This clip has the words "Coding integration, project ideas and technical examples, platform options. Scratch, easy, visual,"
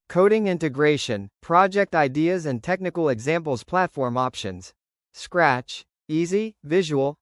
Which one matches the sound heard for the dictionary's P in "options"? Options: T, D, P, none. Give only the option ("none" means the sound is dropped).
P